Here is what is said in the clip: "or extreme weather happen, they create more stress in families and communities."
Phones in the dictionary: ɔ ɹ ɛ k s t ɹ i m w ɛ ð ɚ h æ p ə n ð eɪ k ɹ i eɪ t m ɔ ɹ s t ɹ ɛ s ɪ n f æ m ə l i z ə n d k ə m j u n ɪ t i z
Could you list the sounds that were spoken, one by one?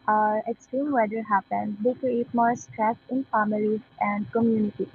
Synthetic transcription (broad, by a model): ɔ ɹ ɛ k s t i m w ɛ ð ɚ h æ p ə n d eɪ k ɹ i eɪ t m ɔ ɹ s t ɹ ɛ s ɪ n f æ m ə l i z ə n d k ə m j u n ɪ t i